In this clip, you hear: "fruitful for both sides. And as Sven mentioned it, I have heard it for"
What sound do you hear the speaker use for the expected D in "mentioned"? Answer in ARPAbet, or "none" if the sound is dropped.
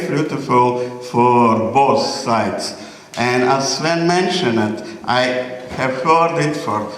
none